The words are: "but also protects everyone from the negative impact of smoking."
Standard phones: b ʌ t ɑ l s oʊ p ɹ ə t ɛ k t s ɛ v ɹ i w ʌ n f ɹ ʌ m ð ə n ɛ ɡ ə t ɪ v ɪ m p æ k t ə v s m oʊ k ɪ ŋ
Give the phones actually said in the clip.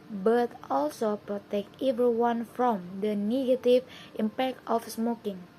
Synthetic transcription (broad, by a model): b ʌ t ɑ l s oʊ p ɹ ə t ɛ k t ɛ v ɹ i w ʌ n f ɹ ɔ m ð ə n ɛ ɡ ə t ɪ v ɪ m p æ k t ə f s m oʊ k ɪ ŋ